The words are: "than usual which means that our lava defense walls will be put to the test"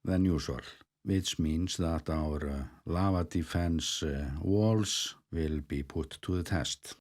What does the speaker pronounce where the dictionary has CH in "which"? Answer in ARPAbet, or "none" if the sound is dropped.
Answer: S